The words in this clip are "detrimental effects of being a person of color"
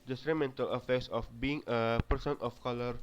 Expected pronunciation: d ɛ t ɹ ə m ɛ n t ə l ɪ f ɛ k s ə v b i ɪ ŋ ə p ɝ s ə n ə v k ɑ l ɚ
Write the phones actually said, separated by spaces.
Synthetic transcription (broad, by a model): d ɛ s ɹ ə m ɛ n t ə l ɪ f ɛ k s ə f b i ɪ ŋ ə p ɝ s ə n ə f k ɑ l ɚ